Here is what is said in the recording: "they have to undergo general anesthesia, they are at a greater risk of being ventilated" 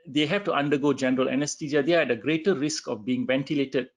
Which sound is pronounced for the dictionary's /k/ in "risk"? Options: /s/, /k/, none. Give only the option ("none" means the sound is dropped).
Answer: /k/